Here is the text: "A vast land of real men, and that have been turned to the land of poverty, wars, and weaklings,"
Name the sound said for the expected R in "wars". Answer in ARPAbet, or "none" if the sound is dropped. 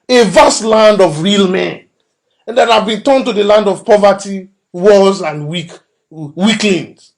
L